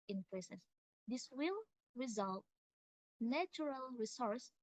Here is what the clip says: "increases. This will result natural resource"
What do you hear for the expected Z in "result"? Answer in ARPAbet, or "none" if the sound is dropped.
Z